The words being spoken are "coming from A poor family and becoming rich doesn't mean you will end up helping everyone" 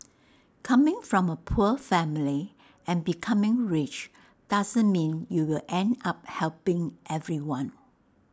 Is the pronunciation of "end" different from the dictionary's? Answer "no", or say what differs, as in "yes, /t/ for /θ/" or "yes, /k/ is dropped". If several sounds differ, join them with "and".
no